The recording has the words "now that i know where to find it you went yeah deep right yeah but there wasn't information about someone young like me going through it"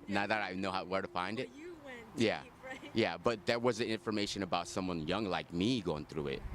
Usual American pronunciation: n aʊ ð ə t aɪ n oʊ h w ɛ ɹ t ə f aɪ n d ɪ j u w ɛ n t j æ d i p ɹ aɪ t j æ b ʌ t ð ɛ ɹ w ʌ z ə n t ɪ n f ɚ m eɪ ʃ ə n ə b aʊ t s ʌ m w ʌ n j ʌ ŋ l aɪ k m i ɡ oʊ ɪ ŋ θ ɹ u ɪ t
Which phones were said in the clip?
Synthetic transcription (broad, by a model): n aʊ ð ə t aɪ n oʊ h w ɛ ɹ t ə f aɪ n d ɪ t j æ j æ b ʌ t ð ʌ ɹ w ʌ z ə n ɪ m f ɚ m eɪ ʃ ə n ə b aʊ t s ʌ m w ʌ n j ʌ ŋ l aɪ k m i ɡ oʊ ɪ ŋ θ ɹ u ɪ t